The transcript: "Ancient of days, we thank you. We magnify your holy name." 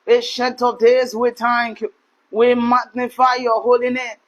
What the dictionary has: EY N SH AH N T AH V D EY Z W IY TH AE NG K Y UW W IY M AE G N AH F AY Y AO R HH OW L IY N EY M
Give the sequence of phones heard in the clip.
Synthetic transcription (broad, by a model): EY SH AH N T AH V D EY Z W IY T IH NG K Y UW W IY M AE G N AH F AY Y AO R HH OW L IY N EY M